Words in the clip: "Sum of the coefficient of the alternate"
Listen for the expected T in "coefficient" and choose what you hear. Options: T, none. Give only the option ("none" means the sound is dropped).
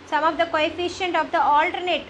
T